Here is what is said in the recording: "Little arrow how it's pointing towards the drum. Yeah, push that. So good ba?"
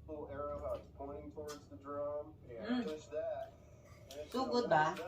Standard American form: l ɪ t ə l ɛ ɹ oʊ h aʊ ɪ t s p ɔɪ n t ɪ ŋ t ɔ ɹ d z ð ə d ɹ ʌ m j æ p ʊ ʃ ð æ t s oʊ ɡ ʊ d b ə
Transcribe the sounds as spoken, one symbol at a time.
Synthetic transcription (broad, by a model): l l ɛ ɹ oʊ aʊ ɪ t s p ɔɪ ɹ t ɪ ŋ t ɔ ɹ d z ð ə d ɹ ʌ m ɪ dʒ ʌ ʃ ð æ t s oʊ ɡ ʊ d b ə